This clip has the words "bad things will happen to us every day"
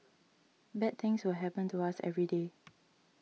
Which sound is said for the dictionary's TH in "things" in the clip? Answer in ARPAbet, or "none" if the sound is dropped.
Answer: T